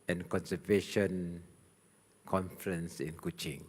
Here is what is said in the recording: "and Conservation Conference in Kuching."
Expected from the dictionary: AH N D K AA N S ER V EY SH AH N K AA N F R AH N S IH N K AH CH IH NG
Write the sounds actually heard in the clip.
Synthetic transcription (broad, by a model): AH N K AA N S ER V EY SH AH N K AA N F R AH N S IH N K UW CH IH NG